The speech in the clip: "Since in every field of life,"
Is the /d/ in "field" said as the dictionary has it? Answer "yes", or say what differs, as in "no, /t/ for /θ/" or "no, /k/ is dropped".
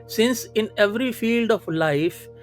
yes